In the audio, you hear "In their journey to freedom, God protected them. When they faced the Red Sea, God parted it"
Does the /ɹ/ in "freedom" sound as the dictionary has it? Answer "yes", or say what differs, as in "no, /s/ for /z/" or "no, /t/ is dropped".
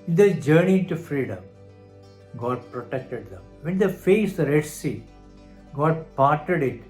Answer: yes